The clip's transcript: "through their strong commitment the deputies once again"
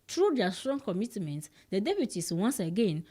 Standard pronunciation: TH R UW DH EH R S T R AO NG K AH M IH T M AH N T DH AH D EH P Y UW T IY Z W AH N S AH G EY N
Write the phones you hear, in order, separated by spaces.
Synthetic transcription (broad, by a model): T R UW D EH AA S T R AO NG K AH M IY T M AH N T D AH D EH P Y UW T IY S W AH N S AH G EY N